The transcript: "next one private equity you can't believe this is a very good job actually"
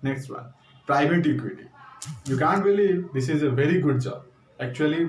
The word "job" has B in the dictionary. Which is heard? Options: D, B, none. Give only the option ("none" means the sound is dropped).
none